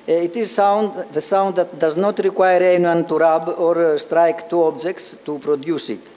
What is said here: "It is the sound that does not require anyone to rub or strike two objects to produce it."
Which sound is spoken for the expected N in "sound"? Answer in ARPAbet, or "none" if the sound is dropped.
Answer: N